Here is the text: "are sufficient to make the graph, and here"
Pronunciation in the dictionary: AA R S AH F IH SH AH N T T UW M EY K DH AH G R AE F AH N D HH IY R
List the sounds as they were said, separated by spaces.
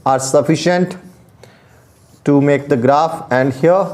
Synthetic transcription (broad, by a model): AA R S AH F IH SH AH N T T UW M EY K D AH G R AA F AH N D HH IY R